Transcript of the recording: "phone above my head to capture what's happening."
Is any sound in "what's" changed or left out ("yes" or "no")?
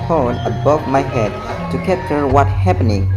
yes